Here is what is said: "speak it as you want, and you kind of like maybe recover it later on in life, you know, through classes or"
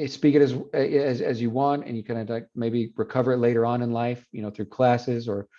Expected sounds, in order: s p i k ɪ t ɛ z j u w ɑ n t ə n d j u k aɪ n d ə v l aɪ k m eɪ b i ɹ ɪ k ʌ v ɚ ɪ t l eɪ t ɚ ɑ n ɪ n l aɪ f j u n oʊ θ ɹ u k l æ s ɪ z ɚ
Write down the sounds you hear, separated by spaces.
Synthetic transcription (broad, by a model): s p i k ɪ t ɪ z j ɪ w ɑ n t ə n j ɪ k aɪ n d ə l aɪ k m eɪ b i ɹ ɪ k ʌ v ɚ ɪ t l eɪ t ɚ ɑ n ɪ n l aɪ f j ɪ n oʊ θ ɹ u k l æ s ɪ z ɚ